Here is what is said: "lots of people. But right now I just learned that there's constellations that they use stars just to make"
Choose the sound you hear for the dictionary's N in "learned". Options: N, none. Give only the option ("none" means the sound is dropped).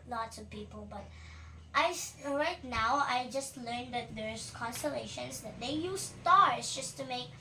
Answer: N